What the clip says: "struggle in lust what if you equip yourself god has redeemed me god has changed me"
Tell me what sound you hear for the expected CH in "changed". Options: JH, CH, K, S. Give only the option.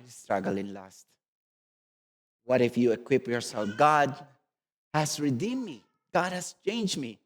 CH